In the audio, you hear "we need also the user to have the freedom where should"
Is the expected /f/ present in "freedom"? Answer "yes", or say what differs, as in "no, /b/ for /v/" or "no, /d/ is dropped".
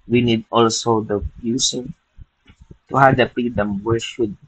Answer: no, /p/ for /f/